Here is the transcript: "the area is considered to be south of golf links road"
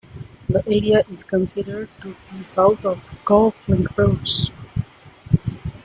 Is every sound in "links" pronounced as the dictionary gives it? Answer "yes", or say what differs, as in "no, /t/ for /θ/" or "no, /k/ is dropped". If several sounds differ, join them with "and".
no, /s/ is dropped